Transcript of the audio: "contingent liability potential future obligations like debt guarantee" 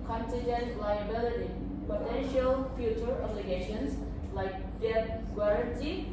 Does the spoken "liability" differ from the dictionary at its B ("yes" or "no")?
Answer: no